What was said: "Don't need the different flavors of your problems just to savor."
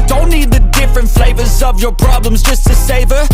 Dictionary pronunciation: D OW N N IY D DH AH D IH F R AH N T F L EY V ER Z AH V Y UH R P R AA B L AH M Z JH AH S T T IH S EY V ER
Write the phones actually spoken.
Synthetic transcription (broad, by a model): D OW N N IY D DH AH D IH F R AH N T F L EY V ER Z AH V Y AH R P R AA B L AH M Z JH AH S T T IH S EY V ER